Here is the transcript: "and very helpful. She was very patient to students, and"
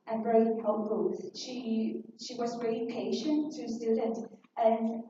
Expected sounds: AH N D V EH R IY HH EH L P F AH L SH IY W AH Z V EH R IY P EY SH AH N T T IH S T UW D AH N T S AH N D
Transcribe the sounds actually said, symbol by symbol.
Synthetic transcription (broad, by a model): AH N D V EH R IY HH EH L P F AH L SH IY W AH Z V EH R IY P EY SH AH N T T IH S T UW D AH N T AH N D